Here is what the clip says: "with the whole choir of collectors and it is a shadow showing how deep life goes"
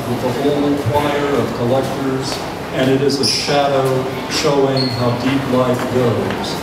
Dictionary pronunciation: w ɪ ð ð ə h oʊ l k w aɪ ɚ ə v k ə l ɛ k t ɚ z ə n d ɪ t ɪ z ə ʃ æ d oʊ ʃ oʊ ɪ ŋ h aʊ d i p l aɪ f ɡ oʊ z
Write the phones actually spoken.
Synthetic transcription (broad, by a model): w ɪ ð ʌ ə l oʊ n k w aɪ ɚ ə v k ə l ɛ k t ɚ z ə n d ɪ t ɪ z ə ʃ æ d oʊ ʃ oʊ ɪ ŋ h aʊ d i p l aɪ f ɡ oʊ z